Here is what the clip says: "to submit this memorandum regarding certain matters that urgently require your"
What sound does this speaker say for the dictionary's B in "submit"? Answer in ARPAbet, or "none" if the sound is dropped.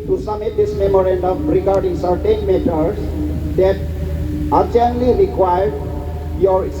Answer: none